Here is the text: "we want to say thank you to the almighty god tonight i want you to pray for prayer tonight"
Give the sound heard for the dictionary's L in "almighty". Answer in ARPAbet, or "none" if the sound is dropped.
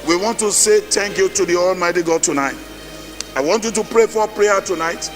L